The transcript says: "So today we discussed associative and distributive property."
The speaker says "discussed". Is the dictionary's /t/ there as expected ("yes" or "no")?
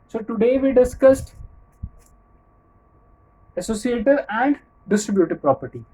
yes